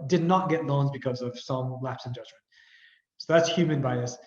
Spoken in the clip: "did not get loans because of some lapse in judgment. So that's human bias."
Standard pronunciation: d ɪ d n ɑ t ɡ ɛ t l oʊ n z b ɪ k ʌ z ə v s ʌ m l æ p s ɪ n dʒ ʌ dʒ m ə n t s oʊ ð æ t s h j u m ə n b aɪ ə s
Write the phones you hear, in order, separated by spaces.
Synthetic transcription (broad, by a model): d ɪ d n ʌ t ɡ ɛ t l oʊ n z b ɪ k ʌ z ə v s ʌ m l æ p s ɪ n dʒ ʌ dʒ m ə n t s oʊ ð æ t s h j u m ə n b aɪ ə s